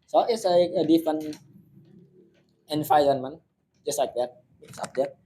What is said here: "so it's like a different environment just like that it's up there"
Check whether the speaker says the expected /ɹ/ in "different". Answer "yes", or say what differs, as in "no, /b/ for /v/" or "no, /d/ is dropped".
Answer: no, /ɹ/ is dropped